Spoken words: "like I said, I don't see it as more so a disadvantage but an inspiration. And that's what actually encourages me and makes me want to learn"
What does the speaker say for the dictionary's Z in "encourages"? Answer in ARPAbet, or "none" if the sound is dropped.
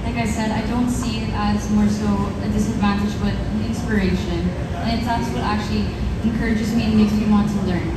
Z